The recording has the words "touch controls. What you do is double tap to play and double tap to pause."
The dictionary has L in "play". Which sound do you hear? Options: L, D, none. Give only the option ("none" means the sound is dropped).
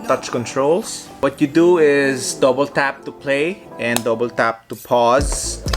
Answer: L